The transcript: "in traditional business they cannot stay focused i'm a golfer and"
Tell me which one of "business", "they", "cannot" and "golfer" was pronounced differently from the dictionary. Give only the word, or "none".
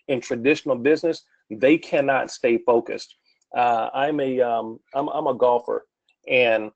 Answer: none